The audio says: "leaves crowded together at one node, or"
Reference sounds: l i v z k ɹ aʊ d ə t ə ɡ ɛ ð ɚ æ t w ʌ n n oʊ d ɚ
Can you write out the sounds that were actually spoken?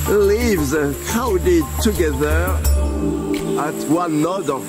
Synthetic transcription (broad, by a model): l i v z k aʊ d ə t ə ɡ ɛ ð ɚ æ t w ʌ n n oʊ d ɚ